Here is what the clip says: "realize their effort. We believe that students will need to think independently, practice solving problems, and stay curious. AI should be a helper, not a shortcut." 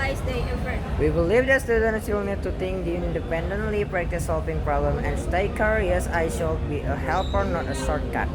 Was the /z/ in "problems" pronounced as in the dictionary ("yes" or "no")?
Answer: no